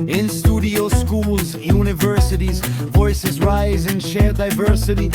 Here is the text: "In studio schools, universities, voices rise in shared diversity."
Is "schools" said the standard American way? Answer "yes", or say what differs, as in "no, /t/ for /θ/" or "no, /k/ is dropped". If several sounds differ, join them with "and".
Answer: yes